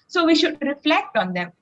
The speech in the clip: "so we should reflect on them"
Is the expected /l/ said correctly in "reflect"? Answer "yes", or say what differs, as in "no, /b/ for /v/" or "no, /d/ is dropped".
yes